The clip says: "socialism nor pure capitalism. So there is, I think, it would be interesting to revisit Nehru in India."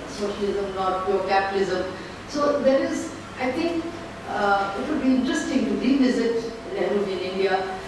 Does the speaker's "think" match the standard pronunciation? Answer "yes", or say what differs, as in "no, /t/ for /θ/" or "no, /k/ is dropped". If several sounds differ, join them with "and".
no, /t/ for /θ/